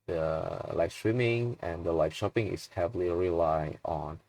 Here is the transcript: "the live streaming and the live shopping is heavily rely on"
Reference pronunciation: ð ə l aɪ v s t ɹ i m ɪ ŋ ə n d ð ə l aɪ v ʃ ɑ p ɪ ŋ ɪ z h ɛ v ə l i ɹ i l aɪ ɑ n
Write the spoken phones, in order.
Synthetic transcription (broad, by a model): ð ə l aɪ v s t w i m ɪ ŋ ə n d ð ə l aɪ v ʃ ɑ p ɪ ŋ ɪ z h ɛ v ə l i ɹ i l aɪ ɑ n